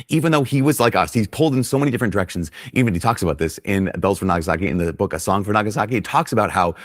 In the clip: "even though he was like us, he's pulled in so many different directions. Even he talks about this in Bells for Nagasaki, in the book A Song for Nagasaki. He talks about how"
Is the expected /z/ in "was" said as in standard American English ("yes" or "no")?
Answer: yes